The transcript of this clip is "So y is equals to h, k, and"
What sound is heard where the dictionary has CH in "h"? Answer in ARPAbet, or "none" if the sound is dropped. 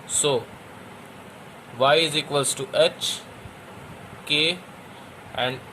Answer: CH